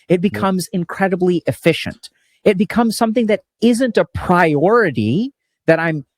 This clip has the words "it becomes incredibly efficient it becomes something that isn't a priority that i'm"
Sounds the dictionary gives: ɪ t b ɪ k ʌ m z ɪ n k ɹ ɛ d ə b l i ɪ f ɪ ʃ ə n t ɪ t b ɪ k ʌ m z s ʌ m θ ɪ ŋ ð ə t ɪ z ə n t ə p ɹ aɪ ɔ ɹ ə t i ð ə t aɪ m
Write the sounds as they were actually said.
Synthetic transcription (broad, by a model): ɪ t b ɪ k ʌ m z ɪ n k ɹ ɛ d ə b l i ɪ f ɪ ʃ ə n t ɪ t b ɪ k ʌ m z s ʌ m θ ɪ ŋ ð ə t ɪ z ə n t ə p ɹ aɪ ɔ ɹ ə t i ð ə t aɪ m